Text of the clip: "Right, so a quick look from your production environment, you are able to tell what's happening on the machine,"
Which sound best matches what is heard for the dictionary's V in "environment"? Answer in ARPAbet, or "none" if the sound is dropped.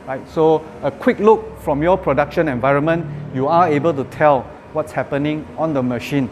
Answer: V